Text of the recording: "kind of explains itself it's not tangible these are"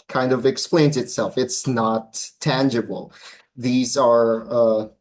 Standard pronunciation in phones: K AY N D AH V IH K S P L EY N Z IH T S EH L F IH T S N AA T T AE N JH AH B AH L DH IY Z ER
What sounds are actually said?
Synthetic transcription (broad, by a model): K AY N D AH V IH K S P L EY N Z IH T S EH L F IH T S N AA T T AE N JH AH B L DH IY Z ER